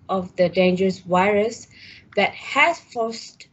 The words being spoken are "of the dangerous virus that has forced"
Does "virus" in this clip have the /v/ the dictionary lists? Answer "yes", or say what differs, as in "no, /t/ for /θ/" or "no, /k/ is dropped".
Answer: no, /w/ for /v/